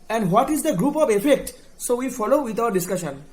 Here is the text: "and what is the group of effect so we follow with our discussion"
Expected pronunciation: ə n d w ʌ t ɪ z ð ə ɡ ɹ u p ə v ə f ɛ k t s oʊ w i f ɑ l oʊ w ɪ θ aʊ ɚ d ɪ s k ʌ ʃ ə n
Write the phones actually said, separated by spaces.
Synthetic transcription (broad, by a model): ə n d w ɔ t ɪ z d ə ɡ ɹ u p ə v ə f ɛ k t s oʊ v i f ɑ l oʊ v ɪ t aʊ ɚ d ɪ s k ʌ ʃ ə n